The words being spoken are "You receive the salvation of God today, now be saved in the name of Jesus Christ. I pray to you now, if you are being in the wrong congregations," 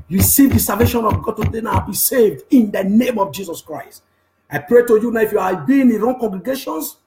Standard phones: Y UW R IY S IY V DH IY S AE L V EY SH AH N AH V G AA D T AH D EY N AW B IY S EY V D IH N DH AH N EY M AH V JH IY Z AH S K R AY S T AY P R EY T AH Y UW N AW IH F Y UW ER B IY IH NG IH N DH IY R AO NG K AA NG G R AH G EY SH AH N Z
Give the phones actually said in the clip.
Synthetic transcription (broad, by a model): R IY S IY V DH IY S AE L V EY SH AH N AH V G AA D T AH D EY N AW B IY S EY V D IH N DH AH N EY M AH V JH IY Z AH S K R AY S T AY P R EY T AH Y UW N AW IH F Y UW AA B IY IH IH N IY R AO NG K AA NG G R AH G EY SH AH N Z